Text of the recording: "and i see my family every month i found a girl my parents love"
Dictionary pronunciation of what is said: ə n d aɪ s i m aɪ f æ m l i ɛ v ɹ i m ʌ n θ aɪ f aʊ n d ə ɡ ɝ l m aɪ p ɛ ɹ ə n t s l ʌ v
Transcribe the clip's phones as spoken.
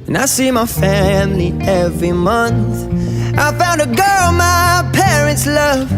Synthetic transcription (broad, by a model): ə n aɪ s i m aɪ f æ m l i ɛ v ɹ i m ʌ n θ aɪ f aʊ n d ə ɡ ɝ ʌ m aɪ p ɛ ɹ ə n t s l ʌ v